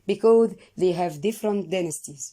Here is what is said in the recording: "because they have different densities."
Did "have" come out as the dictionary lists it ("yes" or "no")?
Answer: yes